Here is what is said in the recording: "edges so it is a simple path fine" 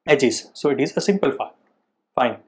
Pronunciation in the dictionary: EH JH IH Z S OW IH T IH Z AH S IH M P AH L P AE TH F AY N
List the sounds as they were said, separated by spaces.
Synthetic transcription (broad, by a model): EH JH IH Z S OW IH T IH Z AH S IH M P AH L F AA F AY N